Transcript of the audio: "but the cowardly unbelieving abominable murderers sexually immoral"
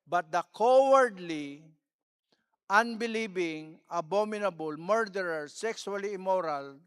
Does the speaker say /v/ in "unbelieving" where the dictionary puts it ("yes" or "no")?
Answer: no